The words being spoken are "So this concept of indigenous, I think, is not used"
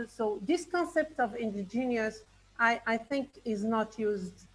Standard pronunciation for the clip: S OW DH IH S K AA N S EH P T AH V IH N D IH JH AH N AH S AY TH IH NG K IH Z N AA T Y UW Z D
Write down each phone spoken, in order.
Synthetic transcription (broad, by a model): S OW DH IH S K AA N S EH P T AH V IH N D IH JH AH N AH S AY TH IH NG K IH Z N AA T Y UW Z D